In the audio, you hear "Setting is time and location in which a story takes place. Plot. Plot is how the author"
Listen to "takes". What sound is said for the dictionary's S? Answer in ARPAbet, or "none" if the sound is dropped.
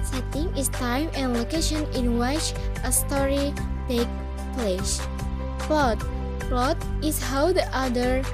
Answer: none